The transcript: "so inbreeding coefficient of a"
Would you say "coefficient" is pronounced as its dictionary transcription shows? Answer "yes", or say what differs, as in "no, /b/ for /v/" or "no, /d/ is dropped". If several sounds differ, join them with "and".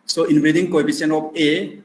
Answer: no, /p/ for /f/ and /t/ is dropped